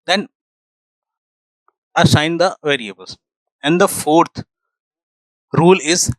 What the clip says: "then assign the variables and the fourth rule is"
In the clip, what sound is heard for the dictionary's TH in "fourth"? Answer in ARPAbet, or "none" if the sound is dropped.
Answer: T